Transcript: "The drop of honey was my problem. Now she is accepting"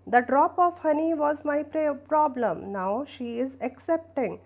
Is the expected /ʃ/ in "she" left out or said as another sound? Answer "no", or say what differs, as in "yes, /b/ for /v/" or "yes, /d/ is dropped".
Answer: no